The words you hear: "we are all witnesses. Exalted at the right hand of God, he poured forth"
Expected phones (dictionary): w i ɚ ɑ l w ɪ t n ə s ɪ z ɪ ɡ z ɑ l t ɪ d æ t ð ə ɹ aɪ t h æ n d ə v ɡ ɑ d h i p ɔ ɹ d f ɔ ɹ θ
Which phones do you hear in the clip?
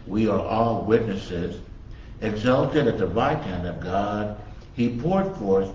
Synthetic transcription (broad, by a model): w i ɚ ɑ l w ɪ t n ə s ɪ z ɪ ɡ z ɑ l t ɪ d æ t ð ə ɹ aɪ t h æ n d ə v ɡ ɑ d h i p ɔ ɹ d f ɔ ɹ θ